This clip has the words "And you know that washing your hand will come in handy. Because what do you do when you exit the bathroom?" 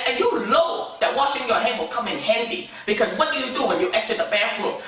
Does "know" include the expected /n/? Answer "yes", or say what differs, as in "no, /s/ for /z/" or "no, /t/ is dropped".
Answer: no, /l/ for /n/